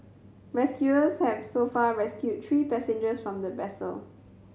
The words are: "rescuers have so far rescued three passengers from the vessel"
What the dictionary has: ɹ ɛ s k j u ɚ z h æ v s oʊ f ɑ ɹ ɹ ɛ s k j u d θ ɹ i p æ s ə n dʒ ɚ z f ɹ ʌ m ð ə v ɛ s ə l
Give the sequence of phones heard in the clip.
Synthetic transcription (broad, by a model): ɹ ɛ s k j u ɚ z h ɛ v s oʊ f ɑ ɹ ɹ ɛ s k j u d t ɹ i p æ s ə n dʒ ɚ s f ɹ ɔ m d ə b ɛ s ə l